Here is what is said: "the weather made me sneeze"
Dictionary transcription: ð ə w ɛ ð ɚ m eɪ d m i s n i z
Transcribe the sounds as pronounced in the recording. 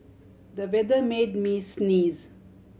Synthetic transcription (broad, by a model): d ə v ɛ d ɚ m eɪ d m i s n i z